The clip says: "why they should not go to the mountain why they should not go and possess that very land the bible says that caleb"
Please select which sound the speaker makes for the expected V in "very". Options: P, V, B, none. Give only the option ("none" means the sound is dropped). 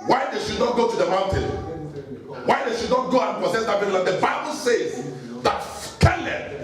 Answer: P